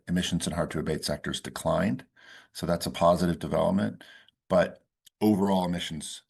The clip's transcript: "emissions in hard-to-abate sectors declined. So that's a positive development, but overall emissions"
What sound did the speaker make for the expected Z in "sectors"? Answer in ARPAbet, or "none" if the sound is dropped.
Z